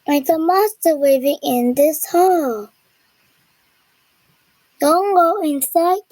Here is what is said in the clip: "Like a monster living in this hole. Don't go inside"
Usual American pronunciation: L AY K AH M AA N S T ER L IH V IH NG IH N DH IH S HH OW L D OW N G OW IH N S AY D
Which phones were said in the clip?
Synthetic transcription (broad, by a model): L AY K AH M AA S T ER W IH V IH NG IH N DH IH S HH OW L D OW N G OW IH N S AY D